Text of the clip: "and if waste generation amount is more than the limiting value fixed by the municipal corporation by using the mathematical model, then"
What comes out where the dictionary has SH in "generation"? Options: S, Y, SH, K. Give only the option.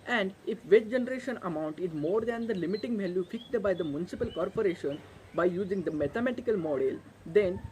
SH